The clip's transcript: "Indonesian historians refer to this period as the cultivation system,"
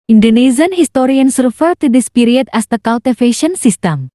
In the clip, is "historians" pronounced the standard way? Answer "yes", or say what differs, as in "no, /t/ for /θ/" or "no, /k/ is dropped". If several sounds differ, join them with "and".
no, /s/ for /z/